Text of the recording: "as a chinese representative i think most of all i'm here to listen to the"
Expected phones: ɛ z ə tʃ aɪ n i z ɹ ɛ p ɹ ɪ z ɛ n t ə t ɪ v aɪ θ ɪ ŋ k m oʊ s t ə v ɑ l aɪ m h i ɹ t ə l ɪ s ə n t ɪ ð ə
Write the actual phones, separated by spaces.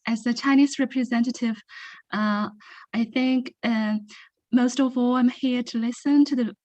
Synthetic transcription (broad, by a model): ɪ z ə tʃ aɪ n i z ɹ ɛ p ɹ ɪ z ɛ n t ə t ɪ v aɪ θ ɪ ŋ k m oʊ s t ə v ɑ l aɪ m h i ɹ t ə l ɪ s ə n t ɪ ð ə